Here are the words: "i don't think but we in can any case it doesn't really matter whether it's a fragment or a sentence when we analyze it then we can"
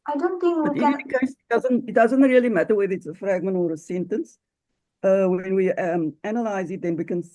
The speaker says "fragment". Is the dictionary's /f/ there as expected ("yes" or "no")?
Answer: yes